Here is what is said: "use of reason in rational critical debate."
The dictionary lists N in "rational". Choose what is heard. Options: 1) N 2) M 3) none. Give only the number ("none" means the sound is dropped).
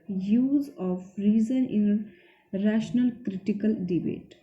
1